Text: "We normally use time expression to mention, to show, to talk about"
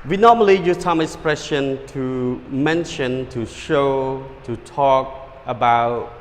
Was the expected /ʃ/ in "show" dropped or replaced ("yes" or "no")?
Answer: no